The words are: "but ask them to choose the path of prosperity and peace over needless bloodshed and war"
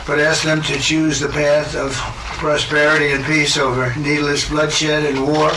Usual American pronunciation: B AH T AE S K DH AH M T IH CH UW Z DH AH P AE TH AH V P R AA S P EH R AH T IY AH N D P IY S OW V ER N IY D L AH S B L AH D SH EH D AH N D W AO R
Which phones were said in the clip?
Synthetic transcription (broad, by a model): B AH T AE S K DH AH M T IH CH UW Z DH AH P AE TH AH V P R AA S P EH R AH T IY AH N P IY S OW V ER N IY D L AH S B L AH D SH EH D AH N W AO R